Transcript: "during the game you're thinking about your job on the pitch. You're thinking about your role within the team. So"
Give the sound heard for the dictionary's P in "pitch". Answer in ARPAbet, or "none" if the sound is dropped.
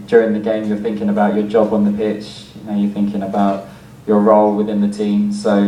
P